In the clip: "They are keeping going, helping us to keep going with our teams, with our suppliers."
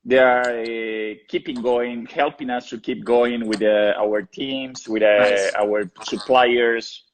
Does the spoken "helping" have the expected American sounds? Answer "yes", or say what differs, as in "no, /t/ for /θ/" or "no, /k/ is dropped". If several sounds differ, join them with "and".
yes